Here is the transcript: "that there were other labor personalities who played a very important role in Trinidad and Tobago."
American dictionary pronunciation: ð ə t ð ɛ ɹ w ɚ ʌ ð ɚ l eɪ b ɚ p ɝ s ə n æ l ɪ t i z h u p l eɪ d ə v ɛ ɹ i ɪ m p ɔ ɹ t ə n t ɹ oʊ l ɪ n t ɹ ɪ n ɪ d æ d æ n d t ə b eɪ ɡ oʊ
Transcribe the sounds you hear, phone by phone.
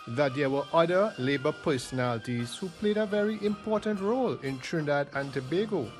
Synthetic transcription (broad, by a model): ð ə t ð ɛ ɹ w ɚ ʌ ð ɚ l eɪ b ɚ p ɝ s ə n æ l ɪ t i z h u p l eɪ d ə v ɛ ɹ i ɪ m p ɔ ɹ t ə n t ɹ oʊ l ɪ n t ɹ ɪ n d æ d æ n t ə b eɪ ɡ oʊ